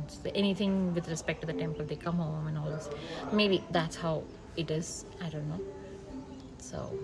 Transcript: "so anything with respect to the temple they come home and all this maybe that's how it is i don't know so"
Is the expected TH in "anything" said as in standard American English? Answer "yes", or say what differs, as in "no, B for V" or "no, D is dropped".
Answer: no, T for TH